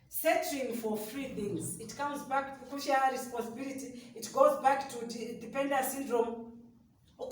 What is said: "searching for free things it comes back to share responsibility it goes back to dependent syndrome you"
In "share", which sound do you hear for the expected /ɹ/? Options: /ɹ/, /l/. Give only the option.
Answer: /l/